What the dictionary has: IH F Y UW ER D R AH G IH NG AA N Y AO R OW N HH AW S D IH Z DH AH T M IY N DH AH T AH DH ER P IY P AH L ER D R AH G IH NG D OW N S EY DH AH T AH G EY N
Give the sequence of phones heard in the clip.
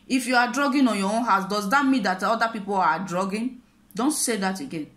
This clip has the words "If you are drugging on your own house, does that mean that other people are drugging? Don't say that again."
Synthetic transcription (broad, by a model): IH F Y UW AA D R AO G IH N AA N Y AO W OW HH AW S D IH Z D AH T M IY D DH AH T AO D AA P IY P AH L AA D R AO G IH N D OW N S EY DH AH T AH G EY N